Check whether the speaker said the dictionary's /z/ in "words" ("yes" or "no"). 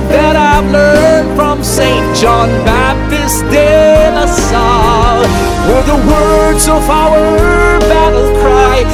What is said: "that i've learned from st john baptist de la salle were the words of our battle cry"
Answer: yes